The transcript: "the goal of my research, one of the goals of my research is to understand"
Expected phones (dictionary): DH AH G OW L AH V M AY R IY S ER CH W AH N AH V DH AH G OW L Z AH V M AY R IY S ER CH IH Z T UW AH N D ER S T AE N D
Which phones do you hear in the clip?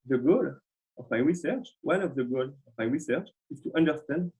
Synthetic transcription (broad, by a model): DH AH G OW L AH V M AY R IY S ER CH W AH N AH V DH AH G OW L AH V M AY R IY S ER CH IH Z T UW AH N D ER S T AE N D